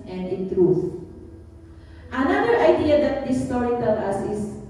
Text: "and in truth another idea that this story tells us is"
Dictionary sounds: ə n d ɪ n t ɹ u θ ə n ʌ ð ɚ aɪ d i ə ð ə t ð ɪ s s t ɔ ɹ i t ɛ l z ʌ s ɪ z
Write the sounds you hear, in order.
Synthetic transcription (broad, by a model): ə n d ɪ n t ɹ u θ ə n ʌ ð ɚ aɪ d i ə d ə t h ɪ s s t ɔ ɹ i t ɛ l ʌ s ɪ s